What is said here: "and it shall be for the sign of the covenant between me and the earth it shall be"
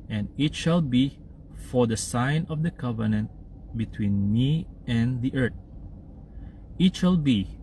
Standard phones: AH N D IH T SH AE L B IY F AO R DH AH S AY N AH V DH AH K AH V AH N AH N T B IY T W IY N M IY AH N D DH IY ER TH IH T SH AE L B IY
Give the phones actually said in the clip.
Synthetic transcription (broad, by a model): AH N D IH T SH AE L B IY F AO R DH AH S AY N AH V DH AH K AH V AH N AH N T B IY T W IY N M IY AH N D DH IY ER T IH T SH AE L B IY